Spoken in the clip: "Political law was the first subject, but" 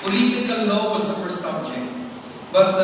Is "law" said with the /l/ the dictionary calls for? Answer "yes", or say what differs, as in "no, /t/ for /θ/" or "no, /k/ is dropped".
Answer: no, /n/ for /l/